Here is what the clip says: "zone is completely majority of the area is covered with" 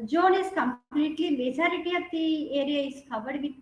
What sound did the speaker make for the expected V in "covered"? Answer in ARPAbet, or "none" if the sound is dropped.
B